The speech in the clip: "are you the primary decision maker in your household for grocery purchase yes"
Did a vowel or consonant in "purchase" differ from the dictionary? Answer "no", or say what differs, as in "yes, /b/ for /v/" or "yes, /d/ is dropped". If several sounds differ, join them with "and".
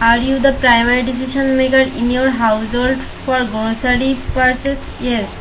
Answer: yes, /s/ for /tʃ/